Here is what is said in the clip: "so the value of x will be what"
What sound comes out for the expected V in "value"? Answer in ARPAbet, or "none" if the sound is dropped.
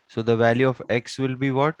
V